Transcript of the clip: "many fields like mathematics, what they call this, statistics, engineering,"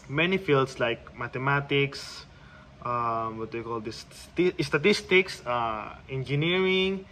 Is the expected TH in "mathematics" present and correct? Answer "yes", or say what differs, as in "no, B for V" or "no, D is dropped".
no, T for TH